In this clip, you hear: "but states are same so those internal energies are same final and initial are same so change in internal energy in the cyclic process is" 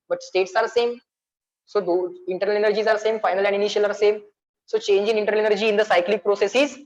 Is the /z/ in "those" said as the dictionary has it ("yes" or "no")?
no